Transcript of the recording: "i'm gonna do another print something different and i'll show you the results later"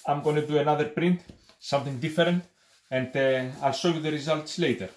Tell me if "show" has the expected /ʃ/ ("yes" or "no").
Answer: no